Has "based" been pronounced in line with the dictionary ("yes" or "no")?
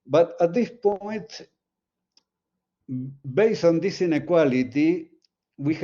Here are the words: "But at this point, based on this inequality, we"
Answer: no